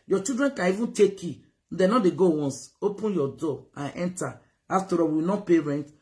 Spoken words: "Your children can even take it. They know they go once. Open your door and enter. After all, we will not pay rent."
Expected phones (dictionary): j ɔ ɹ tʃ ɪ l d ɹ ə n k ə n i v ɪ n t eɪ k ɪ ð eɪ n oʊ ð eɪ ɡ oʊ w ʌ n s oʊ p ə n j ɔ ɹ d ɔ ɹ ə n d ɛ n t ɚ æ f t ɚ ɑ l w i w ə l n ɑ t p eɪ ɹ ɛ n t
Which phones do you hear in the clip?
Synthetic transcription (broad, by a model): j ɔ tʃ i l d ɹ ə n k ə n i v ɪ n t eɪ k ɪ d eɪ n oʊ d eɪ ɡ oʊ w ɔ n s oʊ p ə n j ɔ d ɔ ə n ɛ n t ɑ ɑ f t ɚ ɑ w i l n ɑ p eɪ ɹ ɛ n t